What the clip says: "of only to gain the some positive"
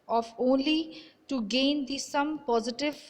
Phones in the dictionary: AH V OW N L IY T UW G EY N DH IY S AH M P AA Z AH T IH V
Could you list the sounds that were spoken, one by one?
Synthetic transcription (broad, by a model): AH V OW N L IY T UW G EY N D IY S AH M P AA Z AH T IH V